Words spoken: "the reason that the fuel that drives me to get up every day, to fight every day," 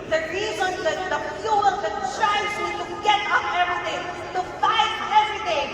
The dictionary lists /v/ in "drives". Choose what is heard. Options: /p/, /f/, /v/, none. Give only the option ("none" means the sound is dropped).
none